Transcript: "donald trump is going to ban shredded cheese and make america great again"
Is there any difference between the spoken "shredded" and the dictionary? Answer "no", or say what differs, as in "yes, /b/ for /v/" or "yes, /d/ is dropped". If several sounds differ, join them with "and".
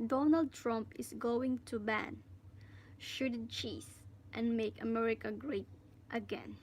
yes, /ɹ/ is dropped